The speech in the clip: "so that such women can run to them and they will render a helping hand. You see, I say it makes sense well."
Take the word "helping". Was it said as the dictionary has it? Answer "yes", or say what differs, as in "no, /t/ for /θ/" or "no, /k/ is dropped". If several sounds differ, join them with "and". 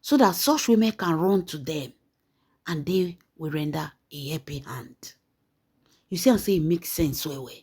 no, /l/ is dropped